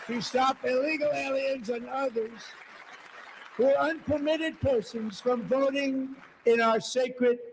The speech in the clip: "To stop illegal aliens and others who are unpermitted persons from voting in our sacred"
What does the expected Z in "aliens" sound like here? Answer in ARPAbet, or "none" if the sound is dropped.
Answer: Z